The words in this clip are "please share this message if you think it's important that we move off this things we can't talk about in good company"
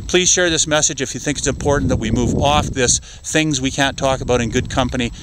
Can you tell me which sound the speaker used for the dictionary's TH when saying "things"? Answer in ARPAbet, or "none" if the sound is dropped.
TH